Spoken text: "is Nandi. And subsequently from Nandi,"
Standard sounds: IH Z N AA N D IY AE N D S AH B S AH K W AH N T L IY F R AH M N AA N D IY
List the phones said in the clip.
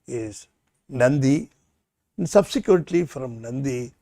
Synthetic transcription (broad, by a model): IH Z N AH N D IY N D S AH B S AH K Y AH T L IY F R AH M N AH N D IY